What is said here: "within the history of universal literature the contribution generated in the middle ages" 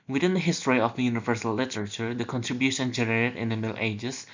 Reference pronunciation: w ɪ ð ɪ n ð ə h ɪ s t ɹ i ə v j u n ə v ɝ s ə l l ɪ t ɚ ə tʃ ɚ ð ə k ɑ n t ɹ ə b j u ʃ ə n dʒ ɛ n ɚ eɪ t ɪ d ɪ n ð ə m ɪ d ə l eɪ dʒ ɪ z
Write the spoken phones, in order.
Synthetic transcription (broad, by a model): w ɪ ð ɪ n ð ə h ɪ s t ɹ i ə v j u n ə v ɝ s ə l l ɪ t ɚ ə tʃ ɚ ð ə k ɑ n t ɹ ə b j u ʃ ə n dʒ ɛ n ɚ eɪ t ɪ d ɪ n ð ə m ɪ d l eɪ dʒ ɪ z